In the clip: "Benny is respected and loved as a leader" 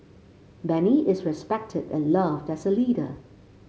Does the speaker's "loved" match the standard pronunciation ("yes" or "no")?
yes